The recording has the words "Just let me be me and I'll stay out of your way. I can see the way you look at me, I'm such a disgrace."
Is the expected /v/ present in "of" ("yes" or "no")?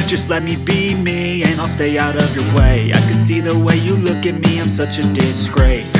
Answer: yes